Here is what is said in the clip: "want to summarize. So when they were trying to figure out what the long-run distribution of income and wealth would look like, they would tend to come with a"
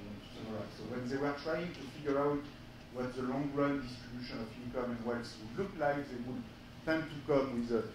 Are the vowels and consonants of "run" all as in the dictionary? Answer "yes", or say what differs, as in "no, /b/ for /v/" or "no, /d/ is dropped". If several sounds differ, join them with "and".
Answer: yes